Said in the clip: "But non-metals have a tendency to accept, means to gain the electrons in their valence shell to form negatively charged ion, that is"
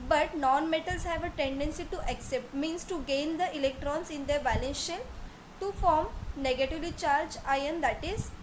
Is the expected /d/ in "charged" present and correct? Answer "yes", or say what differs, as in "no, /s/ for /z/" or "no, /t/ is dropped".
no, /d/ is dropped